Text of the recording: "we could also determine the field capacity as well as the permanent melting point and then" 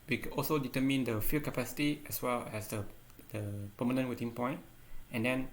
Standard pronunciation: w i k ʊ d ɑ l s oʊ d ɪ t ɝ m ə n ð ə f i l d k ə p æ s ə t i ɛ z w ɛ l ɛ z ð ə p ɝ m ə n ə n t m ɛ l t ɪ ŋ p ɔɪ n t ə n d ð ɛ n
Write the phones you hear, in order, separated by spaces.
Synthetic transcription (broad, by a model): w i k ɑ l s oʊ d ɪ t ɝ m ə n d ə f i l k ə p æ s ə t i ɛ s w ɛ l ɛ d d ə p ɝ m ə n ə n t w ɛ t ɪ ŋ p ɔɪ n t ə n d ɛ n